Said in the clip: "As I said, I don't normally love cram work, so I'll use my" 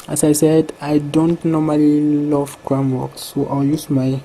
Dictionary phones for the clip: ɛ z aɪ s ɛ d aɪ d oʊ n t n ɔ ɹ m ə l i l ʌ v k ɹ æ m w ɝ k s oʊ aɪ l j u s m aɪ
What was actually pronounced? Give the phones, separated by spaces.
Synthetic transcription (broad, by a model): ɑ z aɪ s ɛ d aɪ d oʊ n t n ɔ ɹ m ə l i l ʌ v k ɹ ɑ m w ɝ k s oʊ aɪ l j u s m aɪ